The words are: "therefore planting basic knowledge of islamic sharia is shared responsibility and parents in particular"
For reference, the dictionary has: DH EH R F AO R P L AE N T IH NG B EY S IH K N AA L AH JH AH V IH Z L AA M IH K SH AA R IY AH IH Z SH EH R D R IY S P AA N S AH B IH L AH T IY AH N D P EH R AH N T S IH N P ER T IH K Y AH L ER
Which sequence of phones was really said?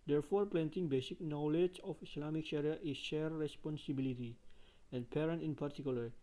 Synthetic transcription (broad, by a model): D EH R F AO R P L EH N T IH NG B EY S IH K N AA L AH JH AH F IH S L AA M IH K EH R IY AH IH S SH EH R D R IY S P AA N S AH B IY L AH T IY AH N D P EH R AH N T IH N P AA T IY K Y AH L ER